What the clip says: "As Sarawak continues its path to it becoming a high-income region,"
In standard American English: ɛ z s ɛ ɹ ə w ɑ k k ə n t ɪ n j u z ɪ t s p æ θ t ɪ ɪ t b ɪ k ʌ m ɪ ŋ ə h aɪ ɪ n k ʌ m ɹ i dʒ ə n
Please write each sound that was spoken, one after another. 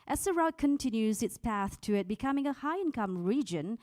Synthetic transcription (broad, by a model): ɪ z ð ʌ ɹ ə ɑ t k ə n t ɪ n j u z ɪ t s p æ θ t ɪ ɪ t b ɪ k ʌ m ɪ ŋ ə h aɪ ɪ n k ʌ m ɹ i dʒ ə n